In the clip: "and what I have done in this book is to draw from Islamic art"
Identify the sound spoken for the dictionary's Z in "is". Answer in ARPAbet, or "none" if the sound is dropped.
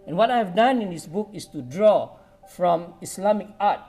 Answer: S